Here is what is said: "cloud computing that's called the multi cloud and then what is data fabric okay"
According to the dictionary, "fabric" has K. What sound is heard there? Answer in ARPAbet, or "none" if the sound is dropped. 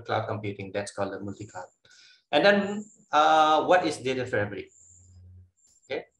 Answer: none